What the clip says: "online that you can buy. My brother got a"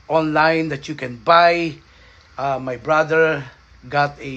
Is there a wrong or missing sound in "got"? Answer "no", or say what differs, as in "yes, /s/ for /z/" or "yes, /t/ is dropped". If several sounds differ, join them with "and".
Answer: no